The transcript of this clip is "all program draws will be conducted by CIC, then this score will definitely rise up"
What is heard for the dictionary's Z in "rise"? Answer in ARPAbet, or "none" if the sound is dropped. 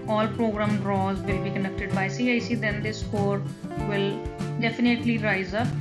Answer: Z